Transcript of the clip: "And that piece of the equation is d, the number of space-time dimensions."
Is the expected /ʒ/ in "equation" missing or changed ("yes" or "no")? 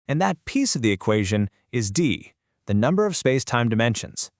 no